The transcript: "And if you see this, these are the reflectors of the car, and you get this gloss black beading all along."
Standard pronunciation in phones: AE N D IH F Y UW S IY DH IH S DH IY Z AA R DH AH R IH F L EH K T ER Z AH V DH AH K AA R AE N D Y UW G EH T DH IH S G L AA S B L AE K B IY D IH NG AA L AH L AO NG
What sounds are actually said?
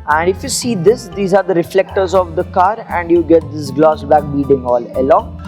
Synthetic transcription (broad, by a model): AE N D IH F Y UW S IY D IH S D IY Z AA R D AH R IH F L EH K T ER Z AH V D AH K AA R AE N D Y UW G EH T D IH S G L AA S B AE K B IY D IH NG AA L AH L AO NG